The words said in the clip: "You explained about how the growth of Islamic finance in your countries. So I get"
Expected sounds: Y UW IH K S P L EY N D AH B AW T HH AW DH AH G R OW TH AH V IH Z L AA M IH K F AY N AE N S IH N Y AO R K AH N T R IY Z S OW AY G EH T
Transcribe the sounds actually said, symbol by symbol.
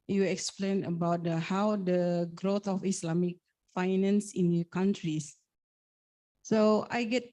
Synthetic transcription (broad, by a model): Y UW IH K S P L EY N AH B AW T HH AW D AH G R OW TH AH F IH S L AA M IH K F AY N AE N S IH N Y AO K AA N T R IY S S OW AY G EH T